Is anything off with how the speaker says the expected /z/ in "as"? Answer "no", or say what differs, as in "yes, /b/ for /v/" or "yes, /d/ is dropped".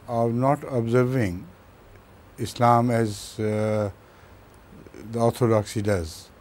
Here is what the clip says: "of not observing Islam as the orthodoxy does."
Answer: no